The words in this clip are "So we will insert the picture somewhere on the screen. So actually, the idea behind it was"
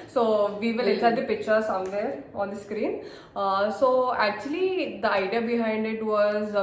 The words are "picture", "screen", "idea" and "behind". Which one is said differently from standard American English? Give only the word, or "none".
none